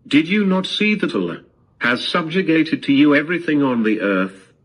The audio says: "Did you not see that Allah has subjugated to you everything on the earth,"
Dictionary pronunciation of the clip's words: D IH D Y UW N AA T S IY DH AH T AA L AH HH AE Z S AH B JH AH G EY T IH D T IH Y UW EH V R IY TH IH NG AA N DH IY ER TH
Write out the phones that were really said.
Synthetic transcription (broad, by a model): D IH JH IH N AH T S IY DH AH T L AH HH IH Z S AH B JH AH G EY T IH D T IH Y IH EH V R IY TH IH NG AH N DH IY ER TH